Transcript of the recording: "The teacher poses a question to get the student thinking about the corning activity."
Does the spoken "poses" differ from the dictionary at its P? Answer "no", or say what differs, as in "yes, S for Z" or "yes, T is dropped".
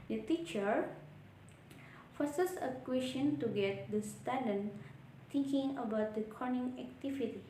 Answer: yes, F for P